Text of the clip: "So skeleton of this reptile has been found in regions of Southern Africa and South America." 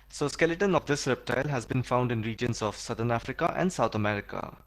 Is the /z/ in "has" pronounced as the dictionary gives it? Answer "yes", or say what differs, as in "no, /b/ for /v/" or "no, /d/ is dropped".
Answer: yes